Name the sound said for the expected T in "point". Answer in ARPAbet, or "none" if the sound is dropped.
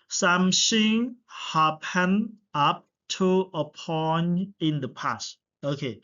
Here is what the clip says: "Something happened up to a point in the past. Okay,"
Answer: none